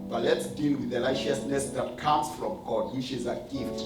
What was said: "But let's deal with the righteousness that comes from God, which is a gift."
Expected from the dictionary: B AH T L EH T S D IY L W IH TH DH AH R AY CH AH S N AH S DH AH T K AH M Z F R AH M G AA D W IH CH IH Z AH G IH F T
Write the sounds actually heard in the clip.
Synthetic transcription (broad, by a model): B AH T L EH T S D IY L W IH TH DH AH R AY SH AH S N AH S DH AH T K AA M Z F R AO M G AA D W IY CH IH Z AH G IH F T